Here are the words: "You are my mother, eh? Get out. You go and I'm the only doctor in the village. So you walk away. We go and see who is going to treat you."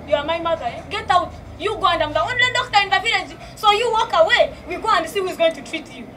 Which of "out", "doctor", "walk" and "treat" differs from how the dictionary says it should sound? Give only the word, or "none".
doctor